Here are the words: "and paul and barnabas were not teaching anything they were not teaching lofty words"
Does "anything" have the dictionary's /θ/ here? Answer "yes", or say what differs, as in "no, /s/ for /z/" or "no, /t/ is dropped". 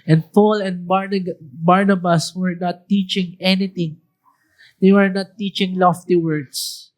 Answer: no, /t/ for /θ/